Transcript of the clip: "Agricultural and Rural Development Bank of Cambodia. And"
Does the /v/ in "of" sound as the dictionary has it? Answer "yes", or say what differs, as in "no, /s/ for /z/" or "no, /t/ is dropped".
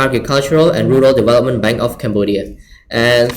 no, /f/ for /v/